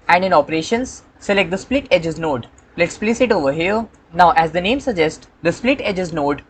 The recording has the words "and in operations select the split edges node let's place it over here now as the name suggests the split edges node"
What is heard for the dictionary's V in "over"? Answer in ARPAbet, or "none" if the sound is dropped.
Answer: V